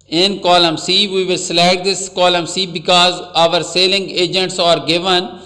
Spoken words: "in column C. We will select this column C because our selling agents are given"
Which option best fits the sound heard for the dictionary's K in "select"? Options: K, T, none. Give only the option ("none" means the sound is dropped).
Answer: none